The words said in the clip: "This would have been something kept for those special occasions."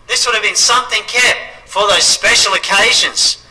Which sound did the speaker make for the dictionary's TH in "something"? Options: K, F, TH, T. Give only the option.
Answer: TH